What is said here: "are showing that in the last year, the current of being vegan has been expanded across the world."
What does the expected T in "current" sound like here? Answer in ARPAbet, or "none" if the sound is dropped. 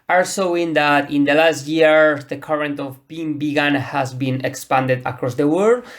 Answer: T